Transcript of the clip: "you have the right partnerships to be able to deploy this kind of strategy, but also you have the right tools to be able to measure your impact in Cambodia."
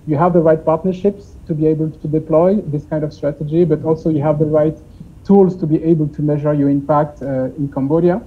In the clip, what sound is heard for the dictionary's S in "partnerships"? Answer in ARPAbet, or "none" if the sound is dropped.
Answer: S